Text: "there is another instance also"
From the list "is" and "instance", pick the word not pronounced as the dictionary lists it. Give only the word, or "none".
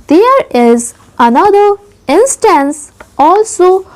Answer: none